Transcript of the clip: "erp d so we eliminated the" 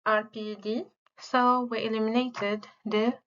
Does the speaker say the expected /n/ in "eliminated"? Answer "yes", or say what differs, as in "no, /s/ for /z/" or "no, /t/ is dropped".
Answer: yes